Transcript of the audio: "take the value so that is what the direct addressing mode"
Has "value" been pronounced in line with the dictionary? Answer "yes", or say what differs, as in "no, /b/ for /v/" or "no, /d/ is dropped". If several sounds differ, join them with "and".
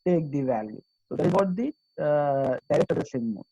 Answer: yes